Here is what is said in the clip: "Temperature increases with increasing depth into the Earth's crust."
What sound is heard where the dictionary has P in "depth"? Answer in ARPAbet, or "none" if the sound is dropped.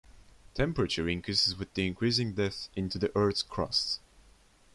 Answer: none